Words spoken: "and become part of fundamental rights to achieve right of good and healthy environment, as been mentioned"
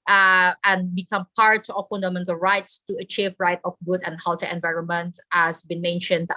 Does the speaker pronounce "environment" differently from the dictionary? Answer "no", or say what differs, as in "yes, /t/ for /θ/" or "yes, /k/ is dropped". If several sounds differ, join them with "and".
no